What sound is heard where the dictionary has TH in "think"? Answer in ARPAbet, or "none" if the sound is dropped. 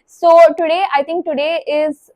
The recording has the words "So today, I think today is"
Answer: T